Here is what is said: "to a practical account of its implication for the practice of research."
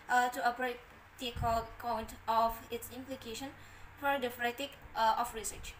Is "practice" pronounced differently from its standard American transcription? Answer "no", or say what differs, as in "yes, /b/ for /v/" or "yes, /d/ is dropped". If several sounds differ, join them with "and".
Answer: yes, /k/ is dropped